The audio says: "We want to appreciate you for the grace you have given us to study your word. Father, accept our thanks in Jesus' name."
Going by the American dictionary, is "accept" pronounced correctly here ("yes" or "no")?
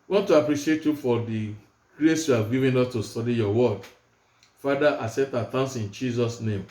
no